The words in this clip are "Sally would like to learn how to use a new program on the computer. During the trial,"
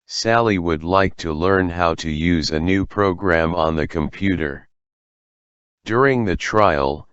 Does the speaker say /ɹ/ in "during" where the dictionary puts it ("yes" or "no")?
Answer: yes